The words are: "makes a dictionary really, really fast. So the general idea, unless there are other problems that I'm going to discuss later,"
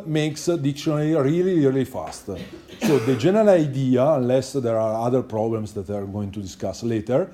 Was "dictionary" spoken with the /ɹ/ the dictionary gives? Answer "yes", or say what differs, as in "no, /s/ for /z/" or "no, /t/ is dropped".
no, /l/ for /ɹ/